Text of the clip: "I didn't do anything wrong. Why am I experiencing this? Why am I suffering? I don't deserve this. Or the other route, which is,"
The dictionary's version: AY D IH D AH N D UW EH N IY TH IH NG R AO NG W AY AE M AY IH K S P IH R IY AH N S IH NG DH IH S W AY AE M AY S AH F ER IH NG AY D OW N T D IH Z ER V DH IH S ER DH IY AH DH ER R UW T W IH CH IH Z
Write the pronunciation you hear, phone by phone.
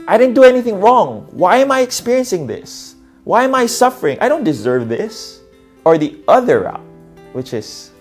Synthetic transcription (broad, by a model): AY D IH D N D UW EH N IY TH IH NG R AO NG W AY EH M AY IH K S P IH R IY AH N S IH NG DH IH S W AY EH M AY S AH F ER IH NG AY D OW N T D IH Z ER V DH IH S ER DH IY AH DH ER R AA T W IH CH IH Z